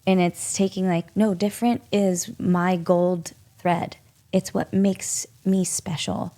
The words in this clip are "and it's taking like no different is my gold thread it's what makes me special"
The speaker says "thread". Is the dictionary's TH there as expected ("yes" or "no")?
yes